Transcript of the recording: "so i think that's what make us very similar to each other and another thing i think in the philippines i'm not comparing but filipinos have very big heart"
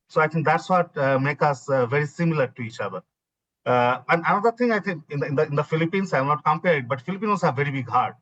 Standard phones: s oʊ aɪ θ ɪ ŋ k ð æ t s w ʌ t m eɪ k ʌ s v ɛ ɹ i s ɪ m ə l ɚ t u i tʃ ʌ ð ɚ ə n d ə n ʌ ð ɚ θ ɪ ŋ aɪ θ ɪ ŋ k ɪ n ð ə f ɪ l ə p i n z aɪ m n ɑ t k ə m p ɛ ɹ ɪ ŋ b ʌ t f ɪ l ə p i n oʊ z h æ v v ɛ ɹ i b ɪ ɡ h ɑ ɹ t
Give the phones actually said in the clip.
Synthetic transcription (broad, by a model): s oʊ aɪ t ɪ ŋ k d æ t s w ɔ t m eɪ k ʌ s v ɛ ɹ i s ɪ m ə l ɚ t u i tʃ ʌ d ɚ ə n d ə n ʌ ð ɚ t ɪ ŋ aɪ t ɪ ŋ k ɪ n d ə f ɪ l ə p i n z aɪ m n ɑ t k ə m p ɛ ɹ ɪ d b ʌ t f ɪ l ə p i n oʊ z h æ v v ɛ ɹ i b ɪ ɡ h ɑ ɹ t